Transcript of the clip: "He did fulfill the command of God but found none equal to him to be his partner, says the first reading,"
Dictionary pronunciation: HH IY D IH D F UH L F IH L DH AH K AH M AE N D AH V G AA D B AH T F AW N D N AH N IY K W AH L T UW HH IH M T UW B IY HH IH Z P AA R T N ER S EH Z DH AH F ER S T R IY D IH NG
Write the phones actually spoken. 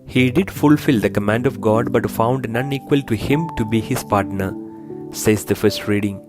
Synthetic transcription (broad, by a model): HH IY D IH D F UH L F IH L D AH K AH M AE N D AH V G AA D B AH T F AW N D N AH N IY K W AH L T UW HH IH M T UW B IY HH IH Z P AA R T N ER S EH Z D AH F ER S T R IY D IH NG